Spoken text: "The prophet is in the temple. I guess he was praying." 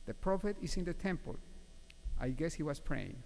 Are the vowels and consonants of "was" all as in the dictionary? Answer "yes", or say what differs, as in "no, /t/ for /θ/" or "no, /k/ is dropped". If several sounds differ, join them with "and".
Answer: no, /s/ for /z/